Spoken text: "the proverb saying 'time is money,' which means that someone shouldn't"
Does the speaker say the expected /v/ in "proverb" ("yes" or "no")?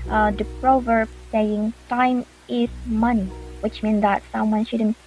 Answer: yes